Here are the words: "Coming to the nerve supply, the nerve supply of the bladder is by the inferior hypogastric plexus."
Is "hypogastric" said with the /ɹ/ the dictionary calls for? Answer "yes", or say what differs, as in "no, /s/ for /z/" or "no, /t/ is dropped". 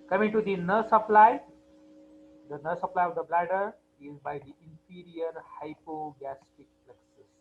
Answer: no, /ɹ/ is dropped